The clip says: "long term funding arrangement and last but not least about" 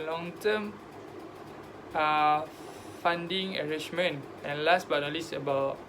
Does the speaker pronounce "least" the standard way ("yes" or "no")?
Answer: no